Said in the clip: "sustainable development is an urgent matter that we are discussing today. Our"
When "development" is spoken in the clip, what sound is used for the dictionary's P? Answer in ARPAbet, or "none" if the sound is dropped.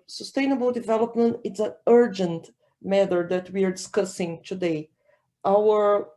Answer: P